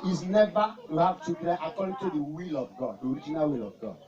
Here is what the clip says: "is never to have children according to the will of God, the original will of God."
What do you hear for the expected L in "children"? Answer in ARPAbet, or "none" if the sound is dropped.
none